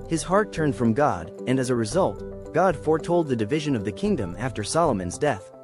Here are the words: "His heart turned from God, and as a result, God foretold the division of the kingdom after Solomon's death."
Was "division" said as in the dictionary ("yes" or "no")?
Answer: yes